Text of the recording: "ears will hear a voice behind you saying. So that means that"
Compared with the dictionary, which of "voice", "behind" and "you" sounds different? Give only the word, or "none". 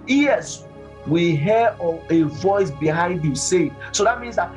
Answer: none